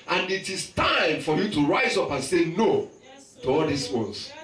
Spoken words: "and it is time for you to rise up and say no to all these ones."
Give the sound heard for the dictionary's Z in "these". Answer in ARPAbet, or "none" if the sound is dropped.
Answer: S